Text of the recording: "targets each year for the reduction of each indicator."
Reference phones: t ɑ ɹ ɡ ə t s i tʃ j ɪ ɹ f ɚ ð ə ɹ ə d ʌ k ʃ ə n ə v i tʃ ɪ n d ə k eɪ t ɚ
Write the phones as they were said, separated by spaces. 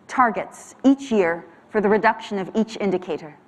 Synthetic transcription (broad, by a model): t ɑ ɹ ɡ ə t s i tʃ j ɪ ɹ f ɚ ð ə ɹ ə d ʌ k ʃ ə n ə v i tʃ ɪ n d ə k eɪ t ɚ